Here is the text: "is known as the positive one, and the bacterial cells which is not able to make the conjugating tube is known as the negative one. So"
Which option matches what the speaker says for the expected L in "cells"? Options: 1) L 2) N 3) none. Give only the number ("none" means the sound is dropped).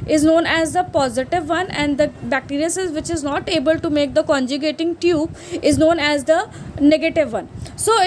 3